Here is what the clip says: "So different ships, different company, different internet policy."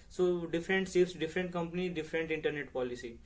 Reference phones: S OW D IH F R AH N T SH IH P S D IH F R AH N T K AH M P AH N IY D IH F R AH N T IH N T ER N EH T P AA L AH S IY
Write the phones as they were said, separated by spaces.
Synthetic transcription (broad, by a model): S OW D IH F R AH N T S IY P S D IH F R AH N T K AH M P AH N IY D IH F R AH N T IH N T ER N EH T P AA L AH S IY